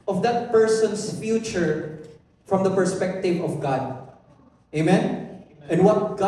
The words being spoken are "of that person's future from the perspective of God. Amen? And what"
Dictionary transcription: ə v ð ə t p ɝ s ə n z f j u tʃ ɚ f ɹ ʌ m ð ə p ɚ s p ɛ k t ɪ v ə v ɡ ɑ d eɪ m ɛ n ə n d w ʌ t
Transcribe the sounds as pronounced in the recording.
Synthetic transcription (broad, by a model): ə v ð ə t p ɝ s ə n s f j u tʃ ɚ f ɹ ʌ m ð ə p ɚ s p ɛ k t ɪ v ə v ɡ ɑ d eɪ m ɛ n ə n w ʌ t